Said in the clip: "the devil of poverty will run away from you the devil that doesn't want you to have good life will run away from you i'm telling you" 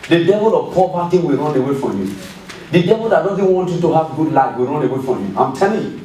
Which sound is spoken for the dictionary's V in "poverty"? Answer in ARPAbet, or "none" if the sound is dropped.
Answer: B